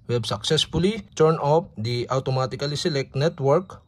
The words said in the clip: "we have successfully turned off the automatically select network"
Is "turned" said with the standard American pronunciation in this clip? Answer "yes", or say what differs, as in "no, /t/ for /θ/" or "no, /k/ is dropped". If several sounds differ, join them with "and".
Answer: no, /d/ is dropped